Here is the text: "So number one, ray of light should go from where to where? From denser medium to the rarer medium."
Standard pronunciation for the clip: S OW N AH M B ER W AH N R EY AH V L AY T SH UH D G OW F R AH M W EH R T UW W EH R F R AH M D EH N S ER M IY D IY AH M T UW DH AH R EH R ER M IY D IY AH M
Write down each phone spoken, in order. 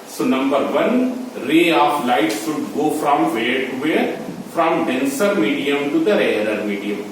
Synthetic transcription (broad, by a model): S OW N AH M B ER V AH N R EY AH F L AY T S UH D G OW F R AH M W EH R T UW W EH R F R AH M D EH N S ER M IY D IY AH M T UW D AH R EH R ER M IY D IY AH M